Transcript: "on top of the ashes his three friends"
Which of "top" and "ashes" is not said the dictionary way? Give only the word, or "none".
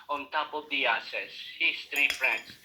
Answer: ashes